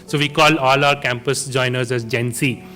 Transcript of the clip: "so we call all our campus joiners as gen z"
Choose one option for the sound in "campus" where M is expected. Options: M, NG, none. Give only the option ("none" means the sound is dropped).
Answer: M